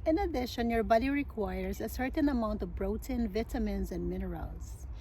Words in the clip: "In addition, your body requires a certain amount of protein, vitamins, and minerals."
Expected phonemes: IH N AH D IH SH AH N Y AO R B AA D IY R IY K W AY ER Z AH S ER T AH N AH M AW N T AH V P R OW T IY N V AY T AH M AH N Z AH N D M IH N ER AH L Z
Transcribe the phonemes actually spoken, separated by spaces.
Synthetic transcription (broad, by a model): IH N AH D IH SH AH N Y AO R B AA D IY R IY K W AY ER Z AH S ER T AH N AH M AW N T AH V B R OW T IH N V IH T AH M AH N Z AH N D M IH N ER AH L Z